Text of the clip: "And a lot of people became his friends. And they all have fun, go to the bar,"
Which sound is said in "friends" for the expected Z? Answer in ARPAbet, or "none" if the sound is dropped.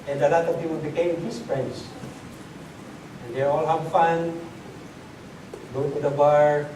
S